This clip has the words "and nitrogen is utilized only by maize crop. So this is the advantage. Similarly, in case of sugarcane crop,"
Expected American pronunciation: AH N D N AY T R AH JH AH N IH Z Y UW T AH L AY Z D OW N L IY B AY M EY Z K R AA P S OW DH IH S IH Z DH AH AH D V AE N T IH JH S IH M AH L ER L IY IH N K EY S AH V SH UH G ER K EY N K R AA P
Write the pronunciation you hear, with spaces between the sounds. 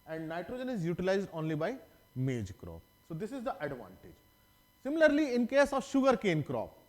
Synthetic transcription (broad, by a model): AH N D N AY T R AH JH AH N IH Z Y UW T AH L AY Z D OW N L IY B AY M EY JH K R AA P S OW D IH S IH Z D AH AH D V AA N T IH JH S IH M AH L ER L IY IH N K EY S AH V SH UH G ER K EY N K R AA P